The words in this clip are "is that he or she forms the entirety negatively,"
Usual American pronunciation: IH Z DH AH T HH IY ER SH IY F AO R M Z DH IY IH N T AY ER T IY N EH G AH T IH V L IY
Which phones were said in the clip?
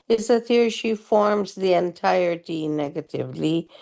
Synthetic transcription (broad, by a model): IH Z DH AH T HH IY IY SH IY F AO R M Z DH IY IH N T AY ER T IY N EH G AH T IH V L IY